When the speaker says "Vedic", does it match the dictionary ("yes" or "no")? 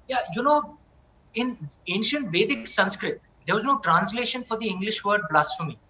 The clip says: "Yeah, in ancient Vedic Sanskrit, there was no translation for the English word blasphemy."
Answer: yes